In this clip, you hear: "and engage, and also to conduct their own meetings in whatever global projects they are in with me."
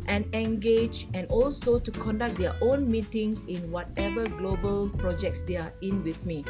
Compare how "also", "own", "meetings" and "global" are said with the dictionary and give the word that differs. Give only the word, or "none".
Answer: meetings